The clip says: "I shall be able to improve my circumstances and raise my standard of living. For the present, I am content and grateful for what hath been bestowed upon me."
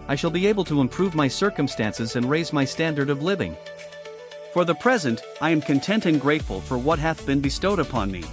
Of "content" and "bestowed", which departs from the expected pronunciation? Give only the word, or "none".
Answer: none